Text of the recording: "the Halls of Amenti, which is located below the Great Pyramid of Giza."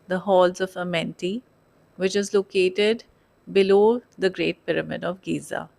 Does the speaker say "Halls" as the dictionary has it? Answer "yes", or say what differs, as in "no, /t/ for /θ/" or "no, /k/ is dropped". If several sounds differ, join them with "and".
yes